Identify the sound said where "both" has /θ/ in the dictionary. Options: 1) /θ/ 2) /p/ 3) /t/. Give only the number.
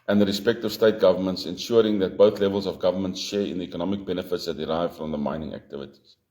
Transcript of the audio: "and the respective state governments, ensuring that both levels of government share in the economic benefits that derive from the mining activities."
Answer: 1